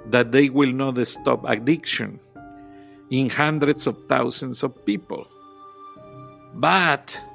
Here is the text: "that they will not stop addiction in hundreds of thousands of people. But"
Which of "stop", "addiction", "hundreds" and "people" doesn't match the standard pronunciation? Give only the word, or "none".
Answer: hundreds